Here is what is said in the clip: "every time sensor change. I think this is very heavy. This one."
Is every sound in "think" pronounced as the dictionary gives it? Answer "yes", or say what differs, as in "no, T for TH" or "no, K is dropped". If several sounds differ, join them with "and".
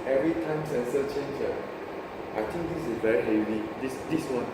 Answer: no, T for TH